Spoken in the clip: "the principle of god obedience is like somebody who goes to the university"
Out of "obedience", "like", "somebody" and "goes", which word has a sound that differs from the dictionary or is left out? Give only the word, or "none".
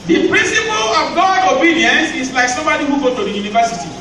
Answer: goes